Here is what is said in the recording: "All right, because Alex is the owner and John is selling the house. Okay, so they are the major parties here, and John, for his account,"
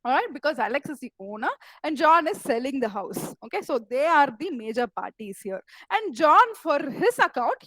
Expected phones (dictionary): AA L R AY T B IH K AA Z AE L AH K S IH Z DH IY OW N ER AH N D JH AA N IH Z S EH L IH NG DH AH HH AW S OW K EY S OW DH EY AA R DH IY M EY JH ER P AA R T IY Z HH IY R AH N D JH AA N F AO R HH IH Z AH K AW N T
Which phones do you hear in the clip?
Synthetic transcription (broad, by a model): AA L R AY T B IH K AA Z AE L AH K S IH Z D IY OW N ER AH N D JH AA N IH Z S EH L IH NG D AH HH AW S OW K EY S OW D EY AA R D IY M EY JH ER P AA R T IY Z HH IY R AH N D JH AA N F AO R HH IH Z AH K AW N T